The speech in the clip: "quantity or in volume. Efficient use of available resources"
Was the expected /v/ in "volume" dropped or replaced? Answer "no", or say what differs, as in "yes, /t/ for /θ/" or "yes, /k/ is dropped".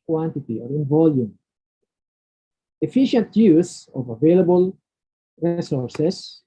no